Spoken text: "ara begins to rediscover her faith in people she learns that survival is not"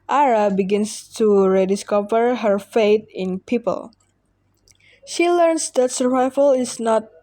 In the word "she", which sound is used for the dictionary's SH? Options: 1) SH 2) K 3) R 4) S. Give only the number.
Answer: 1